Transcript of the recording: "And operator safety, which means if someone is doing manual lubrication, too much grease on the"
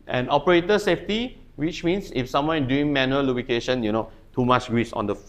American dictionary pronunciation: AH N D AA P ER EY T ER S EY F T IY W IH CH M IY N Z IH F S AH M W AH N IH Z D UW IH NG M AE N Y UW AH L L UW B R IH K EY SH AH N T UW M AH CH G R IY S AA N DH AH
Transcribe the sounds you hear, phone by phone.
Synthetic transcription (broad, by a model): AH N AA P ER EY T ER S EY F T IY W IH CH M IY N S IH F S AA M W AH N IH D UW IH NG M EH N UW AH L L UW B IH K EY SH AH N T UW M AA CH G R IY S AA N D AH